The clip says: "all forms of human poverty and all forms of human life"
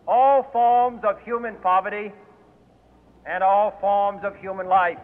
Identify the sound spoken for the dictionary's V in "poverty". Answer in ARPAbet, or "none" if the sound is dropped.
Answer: V